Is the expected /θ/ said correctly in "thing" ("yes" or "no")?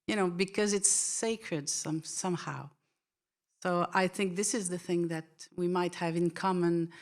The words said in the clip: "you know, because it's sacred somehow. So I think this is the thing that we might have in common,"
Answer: yes